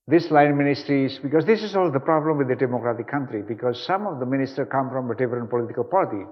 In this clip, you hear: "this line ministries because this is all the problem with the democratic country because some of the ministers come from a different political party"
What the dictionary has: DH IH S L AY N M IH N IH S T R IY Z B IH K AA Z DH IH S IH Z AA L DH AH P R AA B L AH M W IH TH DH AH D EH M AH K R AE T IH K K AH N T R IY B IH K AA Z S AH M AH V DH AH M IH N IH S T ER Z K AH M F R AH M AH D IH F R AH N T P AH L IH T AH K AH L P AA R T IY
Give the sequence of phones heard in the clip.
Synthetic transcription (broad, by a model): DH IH S L AY N M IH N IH S T R IY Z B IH K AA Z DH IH S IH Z AA L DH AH P R AA B L AH M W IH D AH D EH M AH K R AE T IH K K AH N T R IY B IH K AA Z S AH M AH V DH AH M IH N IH S T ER K AH M F R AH M AH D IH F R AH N P AH L IH T AH K AH L P AA R T IY